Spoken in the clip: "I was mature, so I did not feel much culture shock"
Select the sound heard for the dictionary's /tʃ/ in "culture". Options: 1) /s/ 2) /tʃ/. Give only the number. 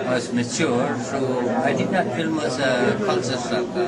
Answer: 1